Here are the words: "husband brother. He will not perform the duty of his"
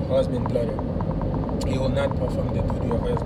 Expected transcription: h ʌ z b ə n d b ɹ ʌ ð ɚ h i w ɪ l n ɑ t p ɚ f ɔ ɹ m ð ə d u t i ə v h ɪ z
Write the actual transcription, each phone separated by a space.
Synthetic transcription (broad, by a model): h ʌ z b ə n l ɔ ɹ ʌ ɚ h i w ɪ l n ɑ t p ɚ f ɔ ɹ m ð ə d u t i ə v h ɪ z